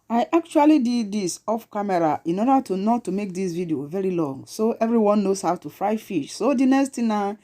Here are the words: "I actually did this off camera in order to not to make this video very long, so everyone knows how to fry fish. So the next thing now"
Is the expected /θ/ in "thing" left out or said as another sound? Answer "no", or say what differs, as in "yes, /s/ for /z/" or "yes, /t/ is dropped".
yes, /t/ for /θ/